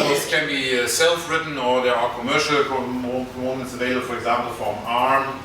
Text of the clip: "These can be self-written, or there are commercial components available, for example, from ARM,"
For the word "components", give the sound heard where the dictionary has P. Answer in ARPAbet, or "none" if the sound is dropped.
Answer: none